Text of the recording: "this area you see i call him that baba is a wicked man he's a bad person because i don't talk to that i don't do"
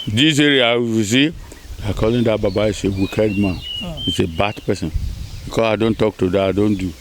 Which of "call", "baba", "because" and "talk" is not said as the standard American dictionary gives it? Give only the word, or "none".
because